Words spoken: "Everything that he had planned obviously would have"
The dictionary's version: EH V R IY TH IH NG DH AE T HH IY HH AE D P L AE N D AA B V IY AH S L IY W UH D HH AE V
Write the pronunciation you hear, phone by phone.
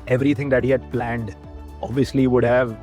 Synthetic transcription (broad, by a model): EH V R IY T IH NG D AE T HH IY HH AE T P L AE N D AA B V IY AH S L IY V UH D HH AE V